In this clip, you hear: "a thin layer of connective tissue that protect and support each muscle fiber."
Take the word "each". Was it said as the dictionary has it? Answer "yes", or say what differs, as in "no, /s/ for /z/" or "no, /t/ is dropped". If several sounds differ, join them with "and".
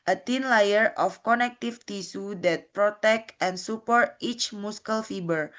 yes